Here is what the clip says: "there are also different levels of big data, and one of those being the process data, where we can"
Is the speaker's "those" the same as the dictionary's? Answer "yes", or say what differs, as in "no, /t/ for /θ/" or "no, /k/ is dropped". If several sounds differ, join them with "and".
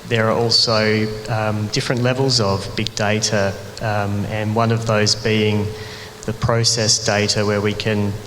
yes